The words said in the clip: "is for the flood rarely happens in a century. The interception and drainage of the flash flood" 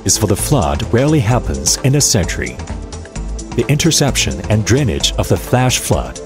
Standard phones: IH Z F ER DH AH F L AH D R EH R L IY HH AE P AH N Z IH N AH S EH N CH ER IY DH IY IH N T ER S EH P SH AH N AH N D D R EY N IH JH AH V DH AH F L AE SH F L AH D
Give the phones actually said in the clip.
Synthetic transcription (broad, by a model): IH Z F ER DH AH F L AH D R EH R L IY HH AE P AH N Z IH N AH S EH N CH ER IY DH IY IH N T ER S EH P SH AH N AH N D D R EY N IH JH AH V DH AH F L AE SH F L AH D